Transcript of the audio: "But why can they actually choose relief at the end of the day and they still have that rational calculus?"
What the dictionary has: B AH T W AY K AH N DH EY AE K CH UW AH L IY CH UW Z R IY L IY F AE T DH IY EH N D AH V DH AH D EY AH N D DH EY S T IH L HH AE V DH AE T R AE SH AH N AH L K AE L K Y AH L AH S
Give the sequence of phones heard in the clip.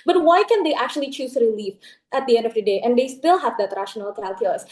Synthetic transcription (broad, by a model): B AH T W AY K AH N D EY AE K CH UW AH L IY CH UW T R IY L IY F AE T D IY EH N D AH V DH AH D EY AH N D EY S T IH L HH AE V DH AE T R AE SH AH N AH L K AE L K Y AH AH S